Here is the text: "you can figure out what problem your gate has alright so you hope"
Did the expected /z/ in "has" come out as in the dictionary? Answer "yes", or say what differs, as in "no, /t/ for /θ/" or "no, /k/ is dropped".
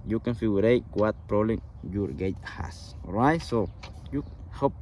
no, /s/ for /z/